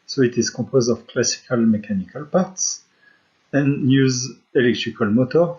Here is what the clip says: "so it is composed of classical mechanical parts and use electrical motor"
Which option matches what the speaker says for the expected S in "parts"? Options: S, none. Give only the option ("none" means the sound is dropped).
S